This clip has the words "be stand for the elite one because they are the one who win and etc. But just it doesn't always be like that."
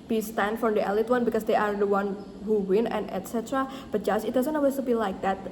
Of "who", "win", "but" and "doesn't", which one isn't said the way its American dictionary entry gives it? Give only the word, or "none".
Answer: doesn't